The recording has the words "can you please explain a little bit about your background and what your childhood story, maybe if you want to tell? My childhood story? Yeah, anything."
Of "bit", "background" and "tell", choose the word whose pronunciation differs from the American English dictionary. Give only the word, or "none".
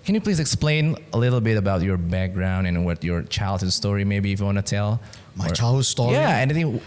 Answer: none